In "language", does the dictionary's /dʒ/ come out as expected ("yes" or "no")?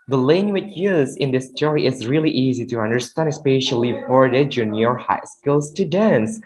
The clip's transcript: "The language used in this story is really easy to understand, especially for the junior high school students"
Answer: no